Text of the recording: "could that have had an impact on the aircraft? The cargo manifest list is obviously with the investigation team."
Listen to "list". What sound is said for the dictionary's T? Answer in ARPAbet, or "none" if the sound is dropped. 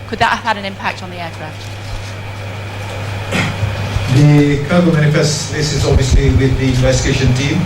none